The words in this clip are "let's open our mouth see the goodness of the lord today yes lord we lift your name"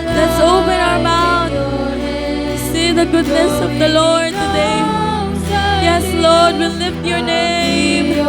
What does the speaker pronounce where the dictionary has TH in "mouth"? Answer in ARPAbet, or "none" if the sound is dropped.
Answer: T